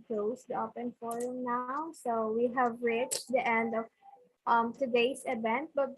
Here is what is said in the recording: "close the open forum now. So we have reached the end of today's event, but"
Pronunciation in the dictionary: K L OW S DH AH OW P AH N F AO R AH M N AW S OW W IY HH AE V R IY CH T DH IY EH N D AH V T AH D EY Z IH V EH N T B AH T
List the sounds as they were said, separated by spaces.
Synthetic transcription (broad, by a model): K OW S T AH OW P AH N F AO R AH M N AW S OW W IY HH AE V R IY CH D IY EH N D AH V T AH D EY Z IH V EH N T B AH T